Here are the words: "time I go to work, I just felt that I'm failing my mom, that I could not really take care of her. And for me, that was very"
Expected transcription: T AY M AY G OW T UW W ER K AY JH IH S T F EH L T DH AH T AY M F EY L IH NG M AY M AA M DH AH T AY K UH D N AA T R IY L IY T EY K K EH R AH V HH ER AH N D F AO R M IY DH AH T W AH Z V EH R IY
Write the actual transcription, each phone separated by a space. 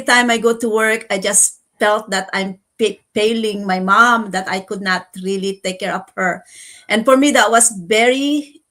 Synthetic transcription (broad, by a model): T AY M AY G OW T UW W ER K AY JH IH S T F EH L T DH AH T AY M P EY L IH NG M AY M AA M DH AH T AY K UH D N AA T R IY L IY T EY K K EH R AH P HH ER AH N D F AO R M IY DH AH T W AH S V EH R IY